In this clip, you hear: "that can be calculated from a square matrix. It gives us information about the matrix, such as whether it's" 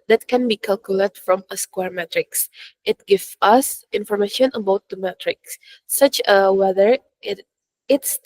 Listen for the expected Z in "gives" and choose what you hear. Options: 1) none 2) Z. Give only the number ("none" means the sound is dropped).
1